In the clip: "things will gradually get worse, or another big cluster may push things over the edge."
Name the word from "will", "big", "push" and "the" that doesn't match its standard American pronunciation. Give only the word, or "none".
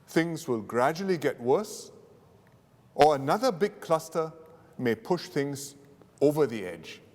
none